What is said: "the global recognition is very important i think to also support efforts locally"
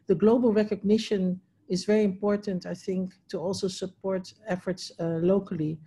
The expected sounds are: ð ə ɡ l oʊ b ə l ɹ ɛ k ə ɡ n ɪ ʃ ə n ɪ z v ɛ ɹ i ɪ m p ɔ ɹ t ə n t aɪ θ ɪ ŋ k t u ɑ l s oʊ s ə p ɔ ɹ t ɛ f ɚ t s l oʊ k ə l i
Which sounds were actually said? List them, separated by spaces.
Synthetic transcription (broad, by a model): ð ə ɡ l oʊ b ə l ɹ ɛ k ə ɡ n ɪ ʃ ə n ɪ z v ɛ ɹ i ɪ m p ɔ ɹ t ə n t aɪ θ ɪ ŋ k t u ɑ l s oʊ s ə p ɔ ɹ t ɛ f ɚ t s l oʊ k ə l i